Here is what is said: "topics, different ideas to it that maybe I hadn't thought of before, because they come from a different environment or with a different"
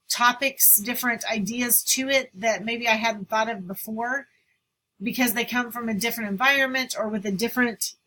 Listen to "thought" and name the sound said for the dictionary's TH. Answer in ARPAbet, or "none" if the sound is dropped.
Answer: TH